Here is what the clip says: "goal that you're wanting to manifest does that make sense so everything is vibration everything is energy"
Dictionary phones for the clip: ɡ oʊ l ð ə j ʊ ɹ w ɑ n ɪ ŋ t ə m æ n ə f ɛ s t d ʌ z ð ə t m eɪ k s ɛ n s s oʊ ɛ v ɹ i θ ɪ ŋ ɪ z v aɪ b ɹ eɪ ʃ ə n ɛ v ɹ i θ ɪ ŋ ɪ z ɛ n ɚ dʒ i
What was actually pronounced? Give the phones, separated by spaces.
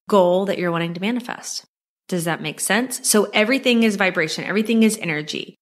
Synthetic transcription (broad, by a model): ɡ oʊ l ð ə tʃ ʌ ɹ w ɑ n ɪ ŋ t ə m æ n ə f ɛ s t d ʌ z ð ə t m eɪ k s ɛ n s s oʊ ɛ v ɹ i θ ɪ ŋ ɪ z v aɪ b ɹ eɪ ʃ ə n ɛ v ɹ i θ ɪ ŋ ɪ z ɛ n ɚ dʒ i